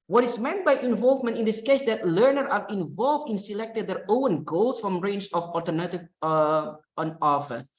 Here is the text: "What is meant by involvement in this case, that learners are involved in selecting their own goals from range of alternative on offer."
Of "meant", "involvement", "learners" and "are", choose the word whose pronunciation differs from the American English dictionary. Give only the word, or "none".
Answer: learners